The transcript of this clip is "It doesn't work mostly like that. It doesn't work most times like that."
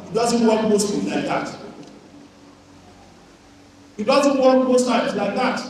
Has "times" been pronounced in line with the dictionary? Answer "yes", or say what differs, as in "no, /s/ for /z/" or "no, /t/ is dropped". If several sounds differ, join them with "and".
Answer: no, /m/ is dropped